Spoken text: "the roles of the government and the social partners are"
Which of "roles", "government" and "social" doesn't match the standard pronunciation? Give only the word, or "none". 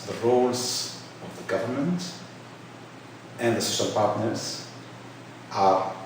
none